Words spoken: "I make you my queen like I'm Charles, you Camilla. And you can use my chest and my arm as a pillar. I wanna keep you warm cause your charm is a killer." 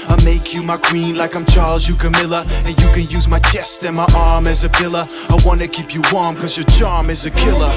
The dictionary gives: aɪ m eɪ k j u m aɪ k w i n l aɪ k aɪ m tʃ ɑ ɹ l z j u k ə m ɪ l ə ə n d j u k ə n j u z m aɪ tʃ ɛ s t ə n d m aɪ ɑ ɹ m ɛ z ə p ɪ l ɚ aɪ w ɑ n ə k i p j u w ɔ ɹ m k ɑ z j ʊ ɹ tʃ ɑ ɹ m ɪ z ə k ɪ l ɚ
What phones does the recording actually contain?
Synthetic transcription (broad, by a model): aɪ m eɪ k j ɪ m aɪ k w i n l aɪ k aɪ m tʃ ɑ ɹ l z j u k ə m ɪ l ə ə n j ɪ k ə n j u z m aɪ tʃ ɛ s t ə n m aɪ ɑ ɹ m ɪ z ə p ɪ l ɚ aɪ w ɑ n ə k i p j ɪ w ɔ ɹ m k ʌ z j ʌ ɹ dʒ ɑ ɹ m ɪ z ə k ɪ l ɚ